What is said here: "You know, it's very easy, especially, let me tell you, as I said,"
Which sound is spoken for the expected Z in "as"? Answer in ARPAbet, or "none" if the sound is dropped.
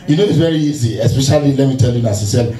S